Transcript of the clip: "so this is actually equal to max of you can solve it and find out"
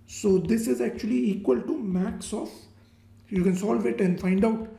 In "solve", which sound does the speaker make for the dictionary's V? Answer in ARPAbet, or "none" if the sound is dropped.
V